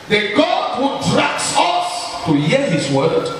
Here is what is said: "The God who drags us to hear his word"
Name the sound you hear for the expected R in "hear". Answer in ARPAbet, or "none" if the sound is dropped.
L